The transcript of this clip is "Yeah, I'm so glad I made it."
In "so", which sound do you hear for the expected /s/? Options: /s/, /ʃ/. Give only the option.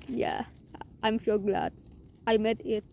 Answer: /ʃ/